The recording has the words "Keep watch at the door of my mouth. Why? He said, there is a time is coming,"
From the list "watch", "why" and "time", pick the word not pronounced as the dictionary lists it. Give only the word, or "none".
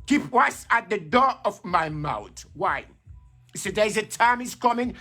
watch